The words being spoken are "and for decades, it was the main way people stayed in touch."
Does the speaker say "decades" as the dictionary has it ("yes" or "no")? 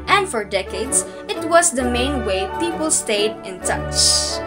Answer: no